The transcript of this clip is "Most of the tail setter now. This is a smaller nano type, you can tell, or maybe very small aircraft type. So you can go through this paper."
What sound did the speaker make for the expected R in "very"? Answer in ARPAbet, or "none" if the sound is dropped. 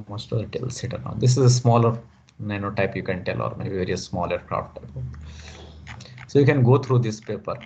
none